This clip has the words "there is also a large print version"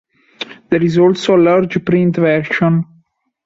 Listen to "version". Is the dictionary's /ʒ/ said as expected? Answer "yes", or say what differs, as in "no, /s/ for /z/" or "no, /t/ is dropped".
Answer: no, /ʃ/ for /ʒ/